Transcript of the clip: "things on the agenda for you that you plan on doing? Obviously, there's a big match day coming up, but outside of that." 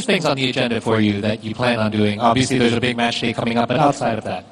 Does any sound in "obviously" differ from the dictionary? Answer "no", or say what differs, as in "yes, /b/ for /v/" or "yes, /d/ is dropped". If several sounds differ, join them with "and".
no